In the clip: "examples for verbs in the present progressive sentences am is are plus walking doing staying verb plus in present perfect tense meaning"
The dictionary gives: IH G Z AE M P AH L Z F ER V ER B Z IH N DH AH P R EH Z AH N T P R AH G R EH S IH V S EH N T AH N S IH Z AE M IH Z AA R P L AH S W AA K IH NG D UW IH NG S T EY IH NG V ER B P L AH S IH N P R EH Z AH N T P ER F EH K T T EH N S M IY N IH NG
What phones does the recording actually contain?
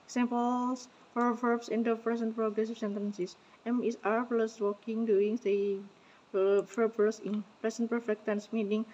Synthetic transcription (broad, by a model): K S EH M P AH L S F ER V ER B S IH N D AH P R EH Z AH N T P R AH G R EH S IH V S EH N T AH N S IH S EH M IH S AA R P L AH S W AA K IH NG D UW IH NG S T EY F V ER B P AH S IH N P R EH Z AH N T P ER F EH K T T EH N S M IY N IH NG